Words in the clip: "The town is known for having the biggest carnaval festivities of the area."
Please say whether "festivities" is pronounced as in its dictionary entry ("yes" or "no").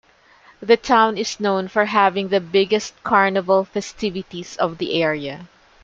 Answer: no